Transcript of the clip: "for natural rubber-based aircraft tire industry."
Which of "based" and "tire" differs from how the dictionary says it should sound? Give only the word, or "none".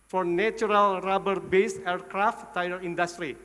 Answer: based